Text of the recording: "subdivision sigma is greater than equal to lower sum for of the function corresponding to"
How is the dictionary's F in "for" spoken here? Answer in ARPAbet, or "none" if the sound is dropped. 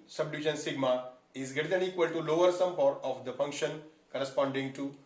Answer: P